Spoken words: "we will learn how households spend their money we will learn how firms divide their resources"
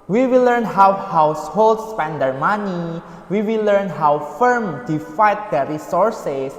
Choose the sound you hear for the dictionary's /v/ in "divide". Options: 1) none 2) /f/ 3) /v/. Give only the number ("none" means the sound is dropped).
2